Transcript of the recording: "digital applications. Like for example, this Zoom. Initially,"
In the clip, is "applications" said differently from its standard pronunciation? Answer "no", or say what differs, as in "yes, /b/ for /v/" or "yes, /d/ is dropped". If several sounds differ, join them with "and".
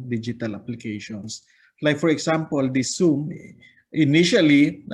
yes, /s/ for /z/